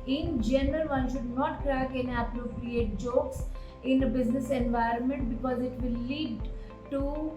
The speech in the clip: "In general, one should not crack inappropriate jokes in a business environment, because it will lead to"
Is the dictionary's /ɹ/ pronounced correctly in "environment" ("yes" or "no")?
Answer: yes